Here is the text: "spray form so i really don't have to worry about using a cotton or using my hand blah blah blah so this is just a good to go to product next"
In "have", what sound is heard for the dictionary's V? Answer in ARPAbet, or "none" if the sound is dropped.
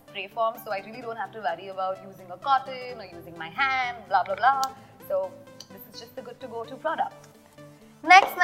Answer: F